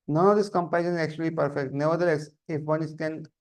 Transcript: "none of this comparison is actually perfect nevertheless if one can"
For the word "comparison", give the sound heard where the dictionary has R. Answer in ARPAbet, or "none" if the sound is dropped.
none